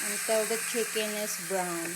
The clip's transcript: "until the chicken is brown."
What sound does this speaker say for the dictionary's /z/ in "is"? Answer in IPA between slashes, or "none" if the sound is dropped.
/s/